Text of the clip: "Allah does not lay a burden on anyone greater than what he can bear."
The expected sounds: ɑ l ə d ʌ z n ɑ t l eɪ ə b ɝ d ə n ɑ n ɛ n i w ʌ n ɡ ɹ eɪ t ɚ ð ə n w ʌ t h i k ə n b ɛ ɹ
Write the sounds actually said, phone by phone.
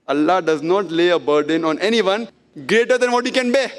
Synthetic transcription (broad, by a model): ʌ l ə d ʌ z n ɑ t l eɪ ə b ɝ d ə n ɑ n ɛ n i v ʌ n ɡ ɹ eɪ t ɚ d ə n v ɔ t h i k ə n b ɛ